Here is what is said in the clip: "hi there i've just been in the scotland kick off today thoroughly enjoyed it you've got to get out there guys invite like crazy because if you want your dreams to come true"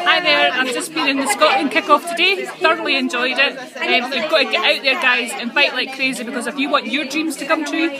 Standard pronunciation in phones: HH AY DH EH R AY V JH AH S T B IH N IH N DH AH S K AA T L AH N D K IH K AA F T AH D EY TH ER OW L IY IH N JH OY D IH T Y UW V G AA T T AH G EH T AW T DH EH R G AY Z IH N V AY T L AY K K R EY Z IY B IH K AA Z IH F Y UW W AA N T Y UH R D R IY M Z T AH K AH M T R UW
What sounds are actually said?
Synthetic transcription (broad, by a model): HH AY DH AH R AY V JH AH S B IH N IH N DH AH S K AA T AH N K IH K AA F T AH D EY TH ER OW L IY IH N JH OY D IH T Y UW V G AA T T AH G EH T AW T DH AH R G AY Z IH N F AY T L AY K K R EY Z IY B IH K AA Z IH F Y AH W AA N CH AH R D R IY M Z T AH K AH M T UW